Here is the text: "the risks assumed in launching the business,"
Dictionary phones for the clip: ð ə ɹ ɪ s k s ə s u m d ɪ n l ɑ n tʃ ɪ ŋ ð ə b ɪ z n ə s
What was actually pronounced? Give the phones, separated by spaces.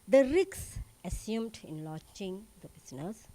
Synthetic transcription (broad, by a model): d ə ɹ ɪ k s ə s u m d ɪ n l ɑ tʃ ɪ ŋ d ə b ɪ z n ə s